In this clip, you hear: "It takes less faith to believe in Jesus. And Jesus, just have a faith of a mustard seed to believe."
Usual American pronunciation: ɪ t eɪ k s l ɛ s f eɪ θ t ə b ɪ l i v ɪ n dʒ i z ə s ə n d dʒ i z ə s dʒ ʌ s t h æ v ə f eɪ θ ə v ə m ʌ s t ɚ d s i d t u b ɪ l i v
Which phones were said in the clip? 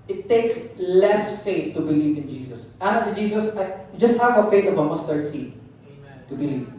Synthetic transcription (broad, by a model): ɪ t eɪ k s l ɛ s f eɪ t ə b ɪ l i v ɪ n dʒ i s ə s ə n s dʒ i s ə s dʒ ʌ s t h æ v ə f eɪ t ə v ə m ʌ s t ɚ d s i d t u b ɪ l i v